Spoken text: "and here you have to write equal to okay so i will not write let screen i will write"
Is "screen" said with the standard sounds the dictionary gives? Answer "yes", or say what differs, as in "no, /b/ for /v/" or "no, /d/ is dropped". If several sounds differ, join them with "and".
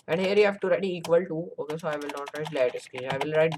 no, /ɹ/ is dropped